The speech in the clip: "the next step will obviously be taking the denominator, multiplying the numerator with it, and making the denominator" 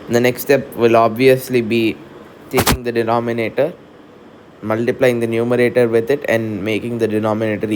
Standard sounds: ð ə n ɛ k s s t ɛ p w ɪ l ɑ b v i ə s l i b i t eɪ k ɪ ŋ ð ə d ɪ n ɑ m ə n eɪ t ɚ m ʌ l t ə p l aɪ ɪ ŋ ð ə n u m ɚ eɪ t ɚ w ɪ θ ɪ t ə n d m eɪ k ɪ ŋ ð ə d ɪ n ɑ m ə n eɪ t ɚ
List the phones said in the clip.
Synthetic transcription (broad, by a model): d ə n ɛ k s s t ɛ p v ɪ l ɑ b v i ə s l i b i t eɪ k ɪ ŋ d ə d ɪ n ɑ m ə n eɪ t ɚ m ʌ l t ə p l aɪ ɪ ŋ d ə n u m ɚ eɪ t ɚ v ɪ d ɪ t ə n d m eɪ k ɪ ŋ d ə d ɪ n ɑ m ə n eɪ t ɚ